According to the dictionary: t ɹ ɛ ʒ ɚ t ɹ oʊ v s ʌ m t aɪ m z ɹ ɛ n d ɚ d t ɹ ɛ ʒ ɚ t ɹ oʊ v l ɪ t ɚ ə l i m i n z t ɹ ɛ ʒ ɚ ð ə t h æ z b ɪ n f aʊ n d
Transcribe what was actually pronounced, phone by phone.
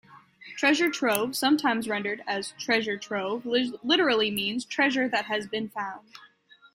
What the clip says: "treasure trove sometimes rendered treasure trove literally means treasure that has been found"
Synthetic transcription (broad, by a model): t ɹ ɛ ʒ ɚ t ɹ oʊ v s ʌ m t aɪ m z ɹ ɛ n d ɚ d t ɹ ɛ ʒ ɚ t ɹ oʊ v l ɪ t ɚ l i m i n z t ɹ ɛ ʒ ɚ ð ə t h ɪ z b ɪ n f aʊ n d